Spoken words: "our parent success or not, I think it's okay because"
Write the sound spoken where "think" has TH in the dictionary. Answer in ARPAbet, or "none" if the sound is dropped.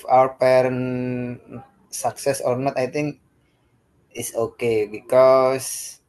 T